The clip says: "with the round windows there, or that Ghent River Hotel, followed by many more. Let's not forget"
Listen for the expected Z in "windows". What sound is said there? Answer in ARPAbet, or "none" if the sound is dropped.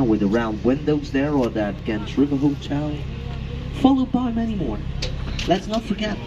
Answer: Z